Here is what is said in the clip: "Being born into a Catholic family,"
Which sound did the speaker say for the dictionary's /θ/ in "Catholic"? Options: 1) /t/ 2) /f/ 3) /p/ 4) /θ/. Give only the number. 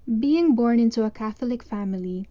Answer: 4